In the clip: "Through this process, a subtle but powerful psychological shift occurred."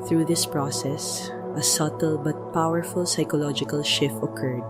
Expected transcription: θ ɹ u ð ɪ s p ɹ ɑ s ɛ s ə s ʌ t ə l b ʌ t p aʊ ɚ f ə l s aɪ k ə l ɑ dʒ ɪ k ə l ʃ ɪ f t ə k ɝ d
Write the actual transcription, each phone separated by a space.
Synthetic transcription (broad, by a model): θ ɹ u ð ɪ s p ɹ ɑ s ɛ s ə s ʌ t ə l b ʌ t p aʊ ɚ f ə l s aɪ k ə l ɑ dʒ ɪ k ə l ʃ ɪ f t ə k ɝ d